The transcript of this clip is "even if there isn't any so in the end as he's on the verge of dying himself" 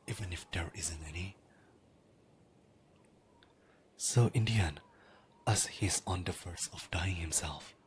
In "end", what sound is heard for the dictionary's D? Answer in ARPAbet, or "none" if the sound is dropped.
none